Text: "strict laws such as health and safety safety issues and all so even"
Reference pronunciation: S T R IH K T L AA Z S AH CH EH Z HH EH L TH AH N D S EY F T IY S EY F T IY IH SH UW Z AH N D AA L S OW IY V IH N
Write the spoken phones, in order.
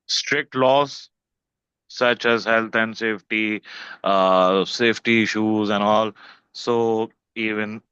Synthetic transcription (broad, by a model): S T R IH K T L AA S AH CH EH Z HH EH L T AH N D S EY F T IY S EY F T IY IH SH UW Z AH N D AA L S OW IY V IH N